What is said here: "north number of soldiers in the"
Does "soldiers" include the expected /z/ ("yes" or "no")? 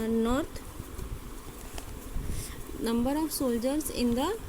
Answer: no